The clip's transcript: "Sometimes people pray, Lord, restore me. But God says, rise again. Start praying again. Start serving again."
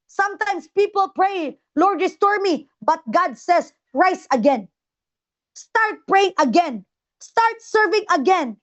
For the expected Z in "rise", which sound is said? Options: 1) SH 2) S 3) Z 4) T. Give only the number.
2